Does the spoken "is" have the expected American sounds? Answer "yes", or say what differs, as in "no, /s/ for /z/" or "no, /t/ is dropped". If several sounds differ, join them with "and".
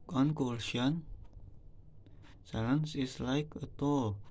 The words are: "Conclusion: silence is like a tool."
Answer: no, /s/ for /z/